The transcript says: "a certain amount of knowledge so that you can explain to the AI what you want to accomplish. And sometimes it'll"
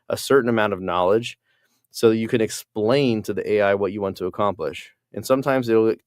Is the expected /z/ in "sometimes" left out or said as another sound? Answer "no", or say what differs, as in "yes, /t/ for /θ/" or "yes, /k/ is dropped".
no